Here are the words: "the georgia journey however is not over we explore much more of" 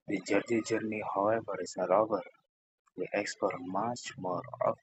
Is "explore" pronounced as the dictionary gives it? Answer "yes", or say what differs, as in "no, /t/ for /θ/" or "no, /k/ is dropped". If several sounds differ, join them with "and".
no, /l/ is dropped